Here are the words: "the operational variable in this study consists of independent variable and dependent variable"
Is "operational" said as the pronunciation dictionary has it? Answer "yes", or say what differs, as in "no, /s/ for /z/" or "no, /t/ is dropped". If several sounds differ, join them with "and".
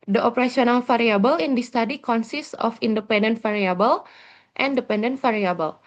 no, /s/ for /ʃ/